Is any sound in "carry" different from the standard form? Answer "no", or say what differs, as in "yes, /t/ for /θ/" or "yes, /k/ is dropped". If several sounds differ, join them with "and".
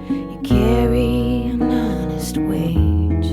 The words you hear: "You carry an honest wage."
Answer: no